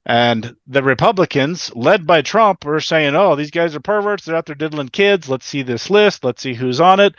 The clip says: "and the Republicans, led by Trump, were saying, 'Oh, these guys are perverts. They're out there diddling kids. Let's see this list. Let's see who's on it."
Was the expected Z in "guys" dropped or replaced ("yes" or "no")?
no